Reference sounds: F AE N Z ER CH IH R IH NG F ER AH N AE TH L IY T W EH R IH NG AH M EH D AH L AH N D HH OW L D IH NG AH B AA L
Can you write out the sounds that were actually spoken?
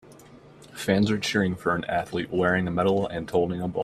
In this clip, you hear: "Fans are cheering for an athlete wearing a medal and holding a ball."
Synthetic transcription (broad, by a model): F AE N Z ER CH IH R IH NG F ER AH N AE TH L IY T W EH R IH NG AH M EH D L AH N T OW L D IH NG AH B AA